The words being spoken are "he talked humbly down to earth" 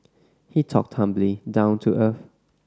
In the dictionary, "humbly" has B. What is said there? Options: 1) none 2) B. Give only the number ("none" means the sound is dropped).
2